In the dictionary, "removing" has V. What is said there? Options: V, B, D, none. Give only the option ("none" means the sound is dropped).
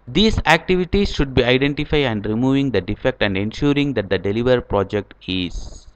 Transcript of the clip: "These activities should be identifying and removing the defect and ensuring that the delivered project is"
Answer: V